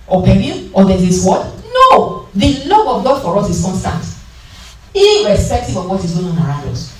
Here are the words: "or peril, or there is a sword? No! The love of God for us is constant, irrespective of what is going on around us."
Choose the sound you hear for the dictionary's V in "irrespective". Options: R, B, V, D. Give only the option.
B